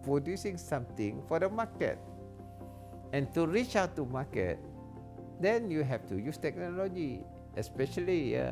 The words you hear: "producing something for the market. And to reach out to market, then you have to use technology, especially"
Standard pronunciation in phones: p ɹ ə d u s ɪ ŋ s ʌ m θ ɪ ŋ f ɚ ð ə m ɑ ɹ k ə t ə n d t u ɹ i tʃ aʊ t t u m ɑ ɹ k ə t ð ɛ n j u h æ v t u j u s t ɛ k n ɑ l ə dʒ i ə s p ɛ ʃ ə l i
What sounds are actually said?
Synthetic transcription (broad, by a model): p ɹ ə d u s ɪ ŋ s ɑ m t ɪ ŋ f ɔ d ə m ɑ k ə t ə n t u ɹ i tʃ aʊ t t u m ɑ k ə t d ɛ n j u h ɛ f t u j u s t ɛ k n ɑ l ə dʒ i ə s p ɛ ʃ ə l i